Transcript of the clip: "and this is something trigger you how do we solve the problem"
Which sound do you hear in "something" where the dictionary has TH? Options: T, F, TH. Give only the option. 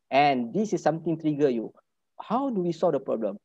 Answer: T